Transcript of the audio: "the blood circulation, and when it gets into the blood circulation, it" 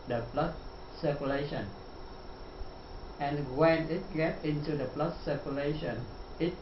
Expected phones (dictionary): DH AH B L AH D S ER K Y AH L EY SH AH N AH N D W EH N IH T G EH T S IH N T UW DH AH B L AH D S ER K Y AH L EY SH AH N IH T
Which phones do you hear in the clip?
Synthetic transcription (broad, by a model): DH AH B L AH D S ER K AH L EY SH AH N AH N W EH N IH T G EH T IH N T UW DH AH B L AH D S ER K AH L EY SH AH N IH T